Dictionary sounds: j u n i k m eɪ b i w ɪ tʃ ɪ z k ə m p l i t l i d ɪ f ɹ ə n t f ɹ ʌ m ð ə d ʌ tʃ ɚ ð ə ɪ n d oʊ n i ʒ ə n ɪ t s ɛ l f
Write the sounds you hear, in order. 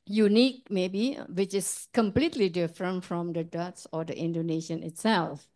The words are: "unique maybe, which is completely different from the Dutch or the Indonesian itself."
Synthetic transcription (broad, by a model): j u n i k m eɪ b i w ɪ tʃ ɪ s k ə m p l i t l i d ɪ f ɹ ə n t f ɹ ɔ m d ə d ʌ s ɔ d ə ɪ n d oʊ n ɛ ʃ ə n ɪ t s ɛ l f